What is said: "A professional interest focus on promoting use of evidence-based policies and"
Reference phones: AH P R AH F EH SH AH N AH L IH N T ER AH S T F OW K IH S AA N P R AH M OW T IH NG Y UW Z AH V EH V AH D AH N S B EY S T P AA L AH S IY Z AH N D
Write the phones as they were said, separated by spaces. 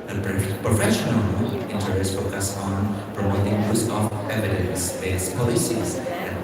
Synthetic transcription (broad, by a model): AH P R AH F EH SH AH N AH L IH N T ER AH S F OW K IH S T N F R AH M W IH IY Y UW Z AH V EH V AH D AH N S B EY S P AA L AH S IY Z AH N